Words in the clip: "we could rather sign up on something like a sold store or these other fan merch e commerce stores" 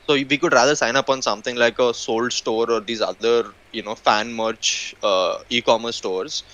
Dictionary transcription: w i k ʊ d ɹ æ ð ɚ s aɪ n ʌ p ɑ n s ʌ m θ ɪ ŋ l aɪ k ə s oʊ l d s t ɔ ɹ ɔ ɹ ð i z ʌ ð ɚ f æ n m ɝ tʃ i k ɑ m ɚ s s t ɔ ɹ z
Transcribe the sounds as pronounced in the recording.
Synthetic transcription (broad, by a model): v i k ʊ d ɹ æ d ɚ s aɪ n ʌ p ɑ n s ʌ m t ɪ ŋ l aɪ k ə s oʊ l d s t ɔ ɹ ɔ ɹ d i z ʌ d ɚ f æ n m ɝ tʃ i k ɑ m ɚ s s t ɔ ɹ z